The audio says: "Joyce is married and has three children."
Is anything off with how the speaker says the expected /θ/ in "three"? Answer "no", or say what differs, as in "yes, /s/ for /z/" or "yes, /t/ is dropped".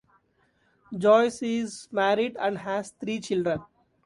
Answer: yes, /t/ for /θ/